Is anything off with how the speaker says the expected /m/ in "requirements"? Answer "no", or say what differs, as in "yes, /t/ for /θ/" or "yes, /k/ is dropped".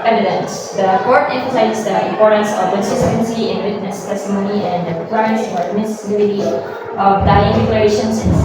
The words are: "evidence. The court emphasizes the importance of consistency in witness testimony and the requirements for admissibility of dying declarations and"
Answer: yes, /m/ is dropped